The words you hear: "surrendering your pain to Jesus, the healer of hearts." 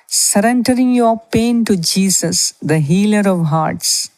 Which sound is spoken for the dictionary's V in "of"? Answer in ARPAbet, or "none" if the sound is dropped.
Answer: V